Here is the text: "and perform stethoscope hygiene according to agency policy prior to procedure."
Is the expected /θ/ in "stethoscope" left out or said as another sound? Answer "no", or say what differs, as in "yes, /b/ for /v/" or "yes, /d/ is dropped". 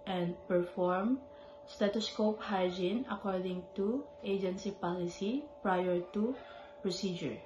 yes, /t/ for /θ/